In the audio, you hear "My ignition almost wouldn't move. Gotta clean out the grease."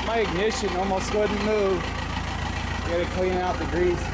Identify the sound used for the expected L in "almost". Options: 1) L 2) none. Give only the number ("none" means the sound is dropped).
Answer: 1